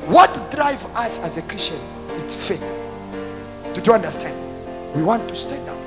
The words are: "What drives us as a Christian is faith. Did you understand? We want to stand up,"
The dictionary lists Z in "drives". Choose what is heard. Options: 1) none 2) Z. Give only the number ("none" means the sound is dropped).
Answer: 1